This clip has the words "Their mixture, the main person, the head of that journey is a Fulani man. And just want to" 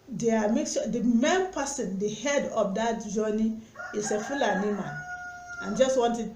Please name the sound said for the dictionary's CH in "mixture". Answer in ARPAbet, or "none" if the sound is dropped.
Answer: none